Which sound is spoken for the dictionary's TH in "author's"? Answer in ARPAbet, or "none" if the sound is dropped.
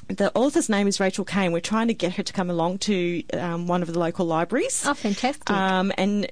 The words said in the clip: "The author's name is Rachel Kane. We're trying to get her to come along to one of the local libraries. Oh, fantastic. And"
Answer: TH